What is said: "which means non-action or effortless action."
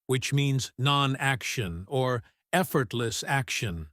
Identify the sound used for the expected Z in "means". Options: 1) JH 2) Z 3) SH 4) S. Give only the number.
2